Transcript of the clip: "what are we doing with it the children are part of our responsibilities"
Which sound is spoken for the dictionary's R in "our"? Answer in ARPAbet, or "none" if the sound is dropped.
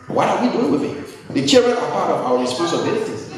W